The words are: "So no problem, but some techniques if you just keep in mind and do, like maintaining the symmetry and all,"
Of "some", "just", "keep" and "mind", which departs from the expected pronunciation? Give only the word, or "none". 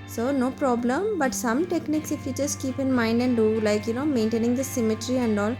just